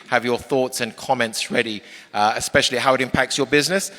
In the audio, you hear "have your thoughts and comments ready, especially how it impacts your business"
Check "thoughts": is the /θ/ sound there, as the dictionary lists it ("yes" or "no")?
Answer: yes